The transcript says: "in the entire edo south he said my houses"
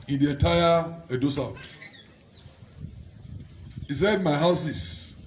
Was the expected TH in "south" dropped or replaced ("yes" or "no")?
yes